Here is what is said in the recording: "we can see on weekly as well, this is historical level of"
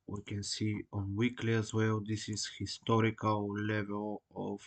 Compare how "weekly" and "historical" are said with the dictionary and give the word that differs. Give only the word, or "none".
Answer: none